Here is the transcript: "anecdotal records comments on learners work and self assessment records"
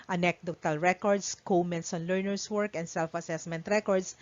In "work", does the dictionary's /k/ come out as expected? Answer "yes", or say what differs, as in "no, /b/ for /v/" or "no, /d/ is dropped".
yes